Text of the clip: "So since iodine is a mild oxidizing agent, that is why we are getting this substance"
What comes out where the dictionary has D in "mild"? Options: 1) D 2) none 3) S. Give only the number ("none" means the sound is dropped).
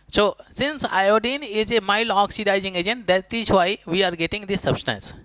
2